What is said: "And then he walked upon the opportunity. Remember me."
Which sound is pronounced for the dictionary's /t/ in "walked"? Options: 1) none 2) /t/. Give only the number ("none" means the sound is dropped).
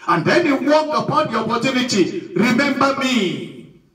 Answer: 1